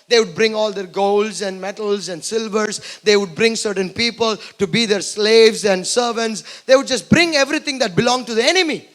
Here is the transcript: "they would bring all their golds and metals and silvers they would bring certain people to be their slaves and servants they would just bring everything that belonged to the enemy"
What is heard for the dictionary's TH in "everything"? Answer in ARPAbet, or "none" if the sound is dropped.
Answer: T